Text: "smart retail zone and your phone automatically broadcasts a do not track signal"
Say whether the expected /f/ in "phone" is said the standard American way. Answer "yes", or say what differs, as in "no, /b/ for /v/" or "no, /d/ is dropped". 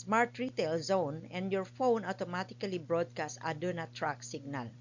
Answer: yes